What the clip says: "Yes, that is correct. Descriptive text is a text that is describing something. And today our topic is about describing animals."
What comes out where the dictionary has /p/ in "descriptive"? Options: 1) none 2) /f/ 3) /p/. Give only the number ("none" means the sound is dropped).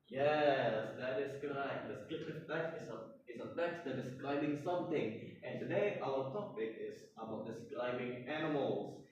1